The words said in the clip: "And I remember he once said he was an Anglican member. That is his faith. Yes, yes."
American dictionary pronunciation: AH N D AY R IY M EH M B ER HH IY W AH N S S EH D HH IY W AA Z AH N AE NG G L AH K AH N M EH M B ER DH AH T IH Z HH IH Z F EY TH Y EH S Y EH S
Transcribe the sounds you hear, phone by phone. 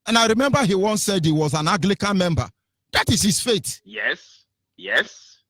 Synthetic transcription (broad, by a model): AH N AY R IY M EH M B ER HH IY W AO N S S EH D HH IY W AA Z AH N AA G L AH K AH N M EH M B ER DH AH T IH Z HH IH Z F EY T Y EH S Y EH S